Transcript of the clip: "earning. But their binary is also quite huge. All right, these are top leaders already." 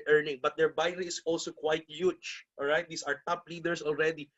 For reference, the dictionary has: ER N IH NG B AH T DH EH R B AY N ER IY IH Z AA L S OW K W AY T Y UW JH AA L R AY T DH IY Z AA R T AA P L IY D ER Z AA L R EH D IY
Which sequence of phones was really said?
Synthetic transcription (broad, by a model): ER N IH NG B AH T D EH R B AY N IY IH S AA L S OW K W AY T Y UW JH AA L R AY T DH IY S AA R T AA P L IY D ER S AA L R EH D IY